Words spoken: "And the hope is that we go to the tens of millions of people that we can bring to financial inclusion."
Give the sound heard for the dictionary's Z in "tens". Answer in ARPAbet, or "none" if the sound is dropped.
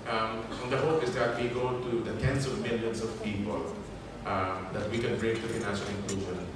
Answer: S